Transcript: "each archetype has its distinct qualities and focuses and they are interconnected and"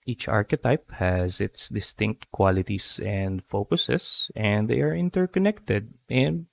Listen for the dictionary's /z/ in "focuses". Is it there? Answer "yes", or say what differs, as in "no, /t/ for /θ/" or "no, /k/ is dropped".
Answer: no, /s/ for /z/